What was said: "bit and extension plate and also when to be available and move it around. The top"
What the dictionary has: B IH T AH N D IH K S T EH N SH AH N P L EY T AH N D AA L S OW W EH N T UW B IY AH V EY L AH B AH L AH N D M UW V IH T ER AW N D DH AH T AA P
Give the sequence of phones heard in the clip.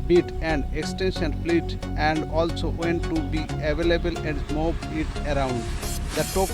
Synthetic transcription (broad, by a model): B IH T AH N D IH K S T EH N SH AH N F L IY T AH N D AA L S OW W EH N T UW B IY AH V EY L AH B AH L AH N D M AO B IH T ER AW N D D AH T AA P